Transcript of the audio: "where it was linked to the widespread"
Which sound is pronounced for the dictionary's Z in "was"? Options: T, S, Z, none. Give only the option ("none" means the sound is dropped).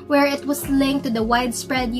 S